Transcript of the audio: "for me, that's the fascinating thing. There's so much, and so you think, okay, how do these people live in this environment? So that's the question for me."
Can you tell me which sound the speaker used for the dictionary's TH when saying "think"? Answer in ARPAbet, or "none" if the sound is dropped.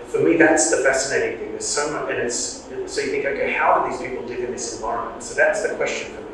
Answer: TH